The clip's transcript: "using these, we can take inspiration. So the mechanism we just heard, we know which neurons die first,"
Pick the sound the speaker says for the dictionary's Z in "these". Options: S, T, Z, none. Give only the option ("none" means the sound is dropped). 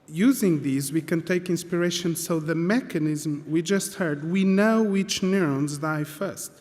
Z